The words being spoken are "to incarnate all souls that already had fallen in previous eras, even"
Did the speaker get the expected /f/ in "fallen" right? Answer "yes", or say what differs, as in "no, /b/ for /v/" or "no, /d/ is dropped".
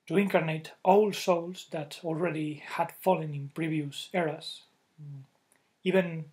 yes